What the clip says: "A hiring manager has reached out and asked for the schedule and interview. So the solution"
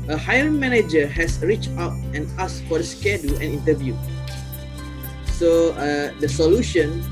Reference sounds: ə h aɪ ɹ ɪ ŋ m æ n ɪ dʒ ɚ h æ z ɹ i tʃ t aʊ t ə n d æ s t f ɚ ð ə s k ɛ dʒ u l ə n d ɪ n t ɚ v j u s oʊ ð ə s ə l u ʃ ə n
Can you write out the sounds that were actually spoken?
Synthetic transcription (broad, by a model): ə h aɪ ɪ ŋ m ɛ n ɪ dʒ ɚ h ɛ s ɹ i tʃ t aʊ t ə n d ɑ s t f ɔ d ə s k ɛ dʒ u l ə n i n t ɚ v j u s oʊ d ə s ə l u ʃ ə n